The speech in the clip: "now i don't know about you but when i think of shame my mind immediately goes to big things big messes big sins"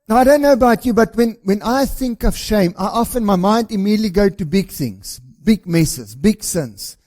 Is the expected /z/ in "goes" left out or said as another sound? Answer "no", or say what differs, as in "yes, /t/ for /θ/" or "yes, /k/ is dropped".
yes, /z/ is dropped